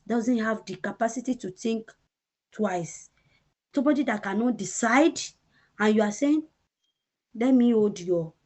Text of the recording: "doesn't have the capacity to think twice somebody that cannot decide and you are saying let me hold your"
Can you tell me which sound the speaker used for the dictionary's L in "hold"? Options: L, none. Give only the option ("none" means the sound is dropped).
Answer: none